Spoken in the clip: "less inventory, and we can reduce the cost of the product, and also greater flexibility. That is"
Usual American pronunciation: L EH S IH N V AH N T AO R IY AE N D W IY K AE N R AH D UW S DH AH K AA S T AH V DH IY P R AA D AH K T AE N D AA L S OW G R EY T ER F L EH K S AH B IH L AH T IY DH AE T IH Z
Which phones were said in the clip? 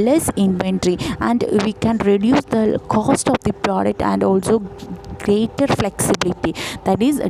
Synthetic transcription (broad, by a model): L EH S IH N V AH N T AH R IY AE N D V IY K AE N R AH D UW S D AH K AA S T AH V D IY P R AA D AH K T AE N D AA L S OW G R EY T ER F L EH K S AH B IH L AH T IY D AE T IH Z